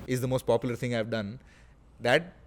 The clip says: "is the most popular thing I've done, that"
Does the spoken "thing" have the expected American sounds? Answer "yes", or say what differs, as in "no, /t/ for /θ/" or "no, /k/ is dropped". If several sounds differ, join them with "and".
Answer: no, /t/ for /θ/